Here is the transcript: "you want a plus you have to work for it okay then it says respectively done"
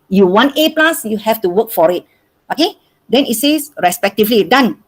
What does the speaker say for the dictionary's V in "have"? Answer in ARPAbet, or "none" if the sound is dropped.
F